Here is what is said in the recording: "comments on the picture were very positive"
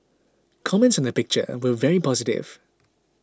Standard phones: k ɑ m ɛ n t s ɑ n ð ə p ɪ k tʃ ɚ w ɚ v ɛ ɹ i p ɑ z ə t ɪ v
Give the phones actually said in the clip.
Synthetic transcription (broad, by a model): k ɑ m ɛ n t s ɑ n ð ə p ɪ k tʃ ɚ w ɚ v ɛ ɹ i p ɑ z ə t ɪ v